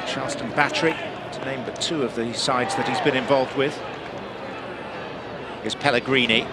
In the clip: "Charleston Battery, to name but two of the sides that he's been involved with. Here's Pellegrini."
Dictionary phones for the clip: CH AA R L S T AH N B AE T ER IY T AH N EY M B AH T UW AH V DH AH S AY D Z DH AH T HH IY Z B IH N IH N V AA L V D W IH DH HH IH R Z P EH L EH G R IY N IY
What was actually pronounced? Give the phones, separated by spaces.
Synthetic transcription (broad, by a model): CH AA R L S T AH N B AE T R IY T AH N EY M B AH T UW AH V DH AH S AY D Z DH AH T HH IY Z B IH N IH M V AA L V D W IH DH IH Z P EH L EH G R IY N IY